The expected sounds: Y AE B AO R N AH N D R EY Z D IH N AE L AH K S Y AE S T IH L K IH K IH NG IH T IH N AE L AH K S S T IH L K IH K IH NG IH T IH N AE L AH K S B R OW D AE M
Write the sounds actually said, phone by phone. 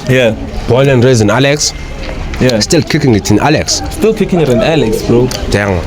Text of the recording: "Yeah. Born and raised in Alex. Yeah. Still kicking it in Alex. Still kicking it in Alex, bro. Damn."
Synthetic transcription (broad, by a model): Y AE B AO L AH N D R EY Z IH N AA L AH K S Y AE S T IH L K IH K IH NG IH T IH N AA L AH K S S T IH L K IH K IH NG IH T IH N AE L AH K S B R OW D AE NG